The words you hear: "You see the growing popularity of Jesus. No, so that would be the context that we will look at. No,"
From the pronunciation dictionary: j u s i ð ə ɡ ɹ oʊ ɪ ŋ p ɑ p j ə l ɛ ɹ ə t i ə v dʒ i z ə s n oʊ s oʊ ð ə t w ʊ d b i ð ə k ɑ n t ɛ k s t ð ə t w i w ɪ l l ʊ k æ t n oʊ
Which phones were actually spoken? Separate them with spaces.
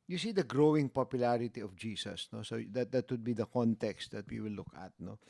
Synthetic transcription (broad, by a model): j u s i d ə ɡ ɹ oʊ ɪ ŋ p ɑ p j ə l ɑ ɹ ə t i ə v dʒ i s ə s n oʊ s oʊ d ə t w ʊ d b i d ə k ɑ n t ɛ k s t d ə t w i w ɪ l l ʊ k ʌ t n oʊ